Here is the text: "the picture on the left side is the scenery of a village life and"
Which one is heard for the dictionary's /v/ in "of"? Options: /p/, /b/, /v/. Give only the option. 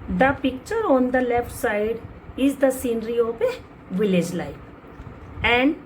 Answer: /p/